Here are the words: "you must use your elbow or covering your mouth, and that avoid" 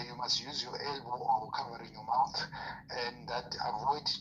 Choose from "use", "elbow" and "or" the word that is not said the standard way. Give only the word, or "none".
or